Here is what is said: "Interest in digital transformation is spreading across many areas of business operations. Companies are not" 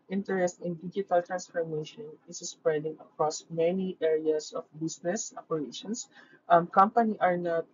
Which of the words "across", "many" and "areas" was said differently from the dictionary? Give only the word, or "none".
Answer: areas